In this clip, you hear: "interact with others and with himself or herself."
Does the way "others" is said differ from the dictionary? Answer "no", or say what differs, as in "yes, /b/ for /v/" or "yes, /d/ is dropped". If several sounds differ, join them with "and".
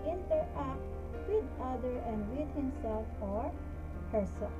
yes, /z/ is dropped